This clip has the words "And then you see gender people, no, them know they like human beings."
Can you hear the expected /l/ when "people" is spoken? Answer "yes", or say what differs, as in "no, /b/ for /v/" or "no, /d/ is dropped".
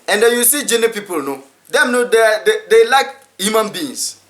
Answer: yes